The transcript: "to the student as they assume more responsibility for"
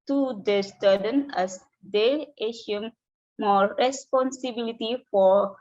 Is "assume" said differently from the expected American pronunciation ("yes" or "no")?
yes